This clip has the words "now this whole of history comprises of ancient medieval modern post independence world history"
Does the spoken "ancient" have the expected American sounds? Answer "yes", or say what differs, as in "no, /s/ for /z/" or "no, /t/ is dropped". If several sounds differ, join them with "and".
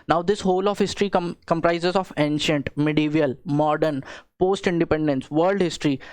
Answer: yes